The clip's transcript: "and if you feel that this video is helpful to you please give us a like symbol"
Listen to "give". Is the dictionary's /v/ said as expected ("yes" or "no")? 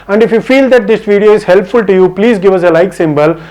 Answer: yes